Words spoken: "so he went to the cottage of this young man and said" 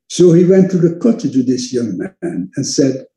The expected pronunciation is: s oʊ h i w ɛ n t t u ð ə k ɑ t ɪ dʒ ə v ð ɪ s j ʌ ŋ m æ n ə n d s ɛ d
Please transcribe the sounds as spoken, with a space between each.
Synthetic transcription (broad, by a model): s oʊ h i w ɛ n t t u ð ə k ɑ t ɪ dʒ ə ð ɪ s j ʌ ŋ m æ n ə n s ɛ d